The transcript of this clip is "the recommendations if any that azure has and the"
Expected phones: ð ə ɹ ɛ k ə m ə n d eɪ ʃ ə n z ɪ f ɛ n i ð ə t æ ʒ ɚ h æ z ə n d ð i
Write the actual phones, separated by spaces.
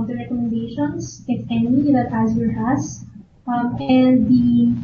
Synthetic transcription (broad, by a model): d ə ɹ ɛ k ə m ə n d eɪ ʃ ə n s ɪ f ɛ n i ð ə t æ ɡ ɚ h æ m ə n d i